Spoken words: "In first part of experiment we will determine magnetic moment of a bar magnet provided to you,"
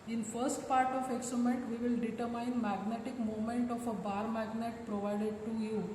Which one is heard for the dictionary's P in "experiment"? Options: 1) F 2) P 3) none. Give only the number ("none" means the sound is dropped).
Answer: 3